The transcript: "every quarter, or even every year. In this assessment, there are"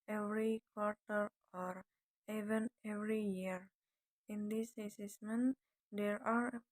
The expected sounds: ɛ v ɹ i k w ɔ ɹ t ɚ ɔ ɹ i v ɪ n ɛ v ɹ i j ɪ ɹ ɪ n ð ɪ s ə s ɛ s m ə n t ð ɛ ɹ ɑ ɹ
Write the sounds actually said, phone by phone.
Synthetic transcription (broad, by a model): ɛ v ɹ i k w ɔ ɹ t ɚ ɔ ɹ i v ɪ n ɛ v ɹ i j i ɹ ɪ n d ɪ s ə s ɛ s m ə n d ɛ ɹ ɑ ɹ